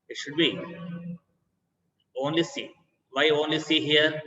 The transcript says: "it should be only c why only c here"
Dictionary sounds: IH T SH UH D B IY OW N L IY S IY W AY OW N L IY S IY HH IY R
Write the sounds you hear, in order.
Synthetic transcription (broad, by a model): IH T SH UH D B IY OW N L IY S IY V AY OW N L IY S IY HH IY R